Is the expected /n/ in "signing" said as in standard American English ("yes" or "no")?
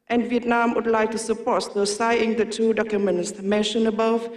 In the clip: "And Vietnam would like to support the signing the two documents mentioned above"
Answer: no